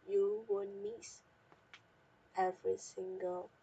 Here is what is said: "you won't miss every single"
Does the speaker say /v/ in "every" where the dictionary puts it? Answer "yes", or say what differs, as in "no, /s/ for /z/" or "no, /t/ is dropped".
yes